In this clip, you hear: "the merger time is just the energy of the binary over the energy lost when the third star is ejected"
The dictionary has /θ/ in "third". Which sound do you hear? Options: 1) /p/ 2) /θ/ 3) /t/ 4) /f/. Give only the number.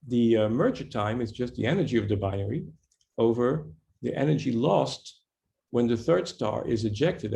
2